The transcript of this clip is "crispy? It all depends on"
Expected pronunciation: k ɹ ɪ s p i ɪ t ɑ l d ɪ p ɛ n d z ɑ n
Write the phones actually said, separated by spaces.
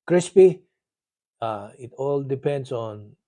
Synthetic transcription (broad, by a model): k ɹ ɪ s p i ɪ t ɑ l d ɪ p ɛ n d s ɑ n